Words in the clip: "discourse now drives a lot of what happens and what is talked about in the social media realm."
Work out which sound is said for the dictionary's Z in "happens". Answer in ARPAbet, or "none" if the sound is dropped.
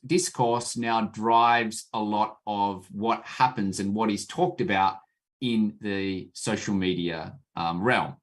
Z